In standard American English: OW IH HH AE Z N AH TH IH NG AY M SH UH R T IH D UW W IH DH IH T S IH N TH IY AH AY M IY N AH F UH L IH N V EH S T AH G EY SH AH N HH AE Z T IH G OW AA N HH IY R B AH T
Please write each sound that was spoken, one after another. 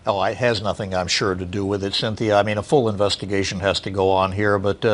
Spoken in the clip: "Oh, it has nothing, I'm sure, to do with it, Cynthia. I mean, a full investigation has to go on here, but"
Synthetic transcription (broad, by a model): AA IH HH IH Z N AH TH IH NG AY M SH UH R T IH D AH W IH DH IH T S IH N TH IY AH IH M IY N AH F UH L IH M V EH S T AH G EY SH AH N HH AE Z T IH G OW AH N HH IY R B AH T